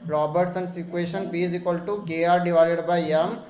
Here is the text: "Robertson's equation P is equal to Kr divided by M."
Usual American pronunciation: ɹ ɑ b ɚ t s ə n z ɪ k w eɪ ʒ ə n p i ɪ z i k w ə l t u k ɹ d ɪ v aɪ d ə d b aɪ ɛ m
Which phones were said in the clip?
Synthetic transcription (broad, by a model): ɹ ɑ b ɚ t s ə n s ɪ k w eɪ ʃ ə n b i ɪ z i k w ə l t u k ɹ d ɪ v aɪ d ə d b aɪ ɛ m